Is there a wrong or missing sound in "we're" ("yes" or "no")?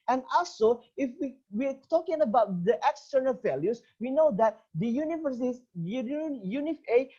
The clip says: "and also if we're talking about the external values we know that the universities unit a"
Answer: yes